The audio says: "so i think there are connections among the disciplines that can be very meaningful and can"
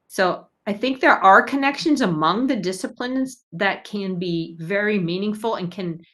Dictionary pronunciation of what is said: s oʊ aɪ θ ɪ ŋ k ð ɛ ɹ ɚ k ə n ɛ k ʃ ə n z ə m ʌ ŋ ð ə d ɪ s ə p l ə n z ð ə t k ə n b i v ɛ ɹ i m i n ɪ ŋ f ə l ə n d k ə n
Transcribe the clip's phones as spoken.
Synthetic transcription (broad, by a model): s oʊ aɪ θ ɪ ŋ k ð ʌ ɹ ɚ k ə n ɛ k ʃ ə n z ə m ʌ ŋ ð ə d ɪ s ə p l ə n z ð ə t k ə n b i v ɛ ɹ i m i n ɪ ŋ f l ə n k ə n